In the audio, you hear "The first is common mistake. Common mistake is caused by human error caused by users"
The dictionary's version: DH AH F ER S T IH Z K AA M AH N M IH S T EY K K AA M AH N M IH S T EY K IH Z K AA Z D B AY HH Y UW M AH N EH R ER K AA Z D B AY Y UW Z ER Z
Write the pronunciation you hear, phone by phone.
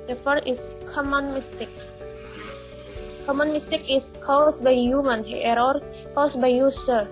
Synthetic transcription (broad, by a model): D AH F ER T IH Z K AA M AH N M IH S T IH K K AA M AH N M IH S T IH K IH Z K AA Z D B AY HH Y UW M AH N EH R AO K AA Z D B AY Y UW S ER